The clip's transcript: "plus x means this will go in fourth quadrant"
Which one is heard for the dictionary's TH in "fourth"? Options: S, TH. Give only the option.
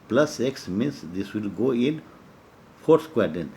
S